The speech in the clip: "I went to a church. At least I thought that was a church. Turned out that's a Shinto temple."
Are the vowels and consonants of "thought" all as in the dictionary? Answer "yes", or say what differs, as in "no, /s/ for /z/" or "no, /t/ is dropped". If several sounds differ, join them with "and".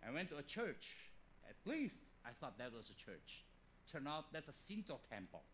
yes